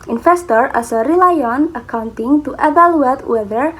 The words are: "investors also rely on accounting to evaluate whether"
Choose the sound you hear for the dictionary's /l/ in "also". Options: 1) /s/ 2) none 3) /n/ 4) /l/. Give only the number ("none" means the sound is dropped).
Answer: 2